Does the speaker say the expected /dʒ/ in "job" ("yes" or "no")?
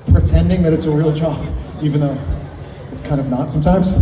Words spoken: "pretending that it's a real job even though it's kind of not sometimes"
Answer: no